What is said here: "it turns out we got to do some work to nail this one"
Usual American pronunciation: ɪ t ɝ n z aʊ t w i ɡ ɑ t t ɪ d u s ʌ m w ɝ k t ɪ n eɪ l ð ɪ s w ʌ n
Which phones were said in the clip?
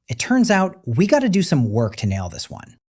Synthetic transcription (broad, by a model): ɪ t ɝ n z aʊ t w i ɡ ɑ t t ɪ d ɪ s ʌ m w ɝ k t ɪ n eɪ l ð ɪ s w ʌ n